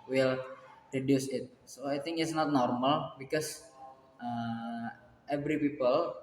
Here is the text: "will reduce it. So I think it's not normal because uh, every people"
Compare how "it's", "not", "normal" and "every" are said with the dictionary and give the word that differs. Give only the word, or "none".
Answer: none